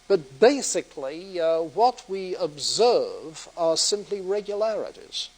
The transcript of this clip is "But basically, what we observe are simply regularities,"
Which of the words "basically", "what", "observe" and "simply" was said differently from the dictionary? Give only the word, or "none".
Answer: none